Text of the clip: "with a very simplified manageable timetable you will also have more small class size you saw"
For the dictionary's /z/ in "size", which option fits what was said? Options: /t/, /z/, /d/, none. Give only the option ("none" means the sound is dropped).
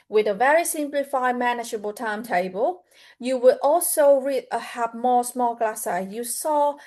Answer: none